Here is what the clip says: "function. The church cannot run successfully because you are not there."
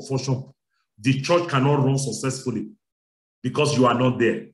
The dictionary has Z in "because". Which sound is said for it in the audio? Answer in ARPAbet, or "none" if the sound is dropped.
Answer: S